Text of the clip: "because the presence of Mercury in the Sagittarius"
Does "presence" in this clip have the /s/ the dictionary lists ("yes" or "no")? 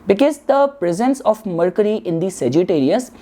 yes